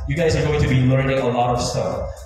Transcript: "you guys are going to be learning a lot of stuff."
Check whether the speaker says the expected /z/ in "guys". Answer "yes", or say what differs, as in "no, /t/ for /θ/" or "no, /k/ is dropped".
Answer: yes